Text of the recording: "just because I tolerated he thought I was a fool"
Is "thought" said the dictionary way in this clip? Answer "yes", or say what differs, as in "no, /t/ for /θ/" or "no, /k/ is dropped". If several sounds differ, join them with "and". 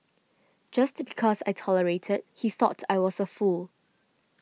yes